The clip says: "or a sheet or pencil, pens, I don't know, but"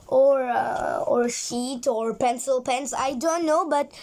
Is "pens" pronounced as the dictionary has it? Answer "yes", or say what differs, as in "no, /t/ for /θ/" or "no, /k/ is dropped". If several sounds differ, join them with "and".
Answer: no, /s/ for /z/